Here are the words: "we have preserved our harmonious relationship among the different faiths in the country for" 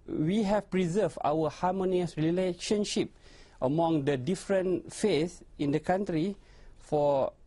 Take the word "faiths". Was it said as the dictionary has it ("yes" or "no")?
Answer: no